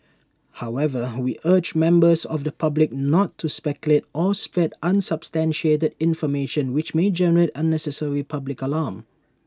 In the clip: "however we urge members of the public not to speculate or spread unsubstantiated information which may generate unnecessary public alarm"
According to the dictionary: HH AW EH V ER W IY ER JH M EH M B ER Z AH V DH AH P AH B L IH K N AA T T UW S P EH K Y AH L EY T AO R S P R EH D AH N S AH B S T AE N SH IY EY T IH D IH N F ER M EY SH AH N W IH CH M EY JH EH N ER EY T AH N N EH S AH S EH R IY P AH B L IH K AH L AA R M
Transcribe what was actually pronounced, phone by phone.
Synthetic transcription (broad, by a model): HH AW EH V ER W IY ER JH M EH M B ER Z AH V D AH P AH B L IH K N AA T T UW S P EH K Y AH L EY T AO L S P R EH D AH N S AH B S T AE N SH IY EY T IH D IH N F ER M EY SH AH N W IH CH M EY JH EH N ER EY T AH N N EH S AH S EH R IY P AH B L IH K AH L AA M